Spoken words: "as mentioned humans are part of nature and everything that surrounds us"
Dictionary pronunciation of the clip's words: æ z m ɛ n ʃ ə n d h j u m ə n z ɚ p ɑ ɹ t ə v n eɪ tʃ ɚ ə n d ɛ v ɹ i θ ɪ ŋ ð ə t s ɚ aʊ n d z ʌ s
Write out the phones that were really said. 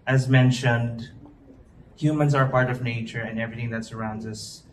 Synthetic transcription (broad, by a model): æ z m ɛ n ʃ ə n d h j u m ə n z ɚ p ɑ ɹ t ə v n eɪ tʃ ɚ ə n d ɛ v ɹ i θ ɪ ŋ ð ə t s ɚ aʊ n d z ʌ s